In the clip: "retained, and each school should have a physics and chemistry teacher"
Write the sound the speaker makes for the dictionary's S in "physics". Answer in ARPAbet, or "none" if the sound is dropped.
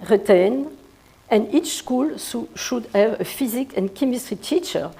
none